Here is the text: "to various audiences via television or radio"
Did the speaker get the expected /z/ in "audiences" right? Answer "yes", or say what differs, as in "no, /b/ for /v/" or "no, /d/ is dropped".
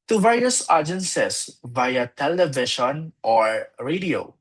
no, /s/ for /z/